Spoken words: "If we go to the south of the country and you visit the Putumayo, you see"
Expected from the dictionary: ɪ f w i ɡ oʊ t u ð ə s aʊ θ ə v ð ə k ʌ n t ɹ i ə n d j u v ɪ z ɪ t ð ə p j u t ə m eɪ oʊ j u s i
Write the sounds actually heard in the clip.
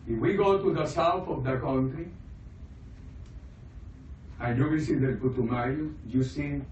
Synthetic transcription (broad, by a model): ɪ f w i ɡ oʊ t u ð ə s aʊ θ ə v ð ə k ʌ n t ɹ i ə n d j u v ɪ s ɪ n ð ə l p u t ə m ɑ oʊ j u s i